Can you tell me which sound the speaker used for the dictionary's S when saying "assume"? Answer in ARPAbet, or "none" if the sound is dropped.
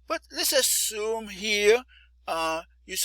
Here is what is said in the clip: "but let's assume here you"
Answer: S